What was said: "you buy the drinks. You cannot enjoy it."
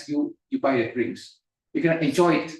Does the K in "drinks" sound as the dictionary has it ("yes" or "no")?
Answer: no